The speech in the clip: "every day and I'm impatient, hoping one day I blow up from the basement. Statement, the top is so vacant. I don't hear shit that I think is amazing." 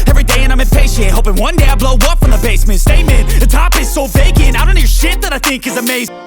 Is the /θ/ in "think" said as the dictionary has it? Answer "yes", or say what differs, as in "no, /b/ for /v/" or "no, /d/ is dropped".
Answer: yes